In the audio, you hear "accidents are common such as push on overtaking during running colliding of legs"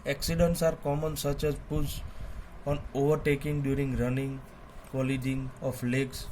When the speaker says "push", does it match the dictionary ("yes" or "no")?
no